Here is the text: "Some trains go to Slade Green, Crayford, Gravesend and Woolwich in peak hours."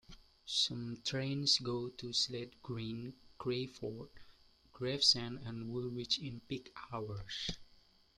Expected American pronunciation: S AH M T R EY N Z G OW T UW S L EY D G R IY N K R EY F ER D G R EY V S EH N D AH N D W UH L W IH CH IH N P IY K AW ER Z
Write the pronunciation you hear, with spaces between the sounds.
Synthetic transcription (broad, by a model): S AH M T R EY N S G OW T UW S L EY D G R IY N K R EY F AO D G R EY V S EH N AH N W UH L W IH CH IH N P IY K AW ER S